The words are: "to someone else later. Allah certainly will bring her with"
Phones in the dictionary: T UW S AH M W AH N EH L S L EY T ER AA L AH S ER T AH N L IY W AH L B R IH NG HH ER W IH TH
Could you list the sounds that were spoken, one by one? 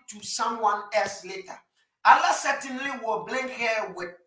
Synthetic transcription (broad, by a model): T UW S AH M W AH N EH L S L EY T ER AA L AH S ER T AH N L IY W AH B L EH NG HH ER W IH